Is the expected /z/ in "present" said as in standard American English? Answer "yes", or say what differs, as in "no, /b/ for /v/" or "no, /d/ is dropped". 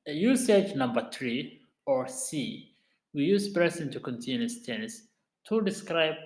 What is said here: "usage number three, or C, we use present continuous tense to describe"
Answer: no, /s/ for /z/